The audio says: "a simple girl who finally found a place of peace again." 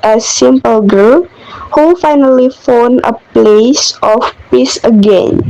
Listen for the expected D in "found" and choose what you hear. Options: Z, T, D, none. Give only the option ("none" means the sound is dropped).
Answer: none